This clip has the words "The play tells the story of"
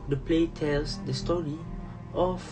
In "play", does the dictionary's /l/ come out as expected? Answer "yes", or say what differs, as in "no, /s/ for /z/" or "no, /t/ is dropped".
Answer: yes